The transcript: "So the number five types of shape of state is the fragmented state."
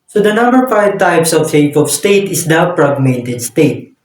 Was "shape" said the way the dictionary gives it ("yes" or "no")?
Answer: no